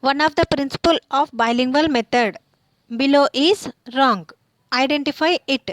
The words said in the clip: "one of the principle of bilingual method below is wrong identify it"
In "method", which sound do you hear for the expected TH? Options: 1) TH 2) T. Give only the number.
2